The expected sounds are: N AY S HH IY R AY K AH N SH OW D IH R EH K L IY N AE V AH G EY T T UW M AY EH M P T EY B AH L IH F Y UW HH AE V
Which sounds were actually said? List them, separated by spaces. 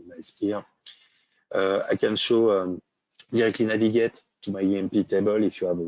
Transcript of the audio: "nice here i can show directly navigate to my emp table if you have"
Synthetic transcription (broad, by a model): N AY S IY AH AY K AH N SH OW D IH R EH K L IY N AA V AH G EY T T UW M AY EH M P T EY B AH L IH F Y UW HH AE V